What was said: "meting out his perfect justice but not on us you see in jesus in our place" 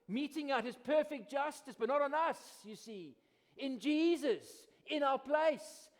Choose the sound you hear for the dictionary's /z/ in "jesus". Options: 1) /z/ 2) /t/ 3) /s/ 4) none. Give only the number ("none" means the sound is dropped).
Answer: 1